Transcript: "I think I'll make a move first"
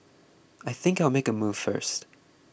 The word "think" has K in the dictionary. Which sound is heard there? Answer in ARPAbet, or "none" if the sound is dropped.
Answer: K